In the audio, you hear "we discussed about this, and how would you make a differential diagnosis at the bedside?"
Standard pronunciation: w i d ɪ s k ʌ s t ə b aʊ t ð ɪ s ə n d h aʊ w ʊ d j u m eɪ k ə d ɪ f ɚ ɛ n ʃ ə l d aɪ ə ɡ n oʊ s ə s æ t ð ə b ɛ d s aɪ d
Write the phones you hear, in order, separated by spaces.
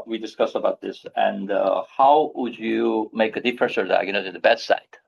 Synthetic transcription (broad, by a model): w i d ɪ s k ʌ s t ə b aʊ t ð ɪ s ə n d h aʊ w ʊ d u m eɪ k ə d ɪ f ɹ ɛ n s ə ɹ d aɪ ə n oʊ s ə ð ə b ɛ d s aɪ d